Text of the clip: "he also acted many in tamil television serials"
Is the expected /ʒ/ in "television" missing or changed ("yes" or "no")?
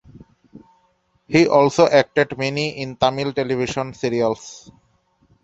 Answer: yes